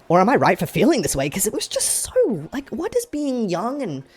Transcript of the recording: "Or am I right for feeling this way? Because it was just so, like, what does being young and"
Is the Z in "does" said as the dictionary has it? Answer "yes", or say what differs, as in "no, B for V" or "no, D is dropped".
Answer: yes